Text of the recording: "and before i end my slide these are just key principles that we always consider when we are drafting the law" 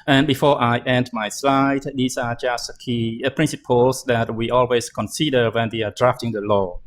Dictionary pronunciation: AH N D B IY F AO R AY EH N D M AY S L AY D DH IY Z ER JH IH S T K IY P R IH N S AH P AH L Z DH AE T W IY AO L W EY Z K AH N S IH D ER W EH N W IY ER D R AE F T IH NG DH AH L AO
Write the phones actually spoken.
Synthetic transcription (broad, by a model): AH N B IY F AO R AY EH N D M AY S L AY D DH IY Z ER JH IH S T K IY P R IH N S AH P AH L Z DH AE T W IY AO L W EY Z K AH N S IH D ER W EH N W IY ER D R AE F T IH NG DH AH L AO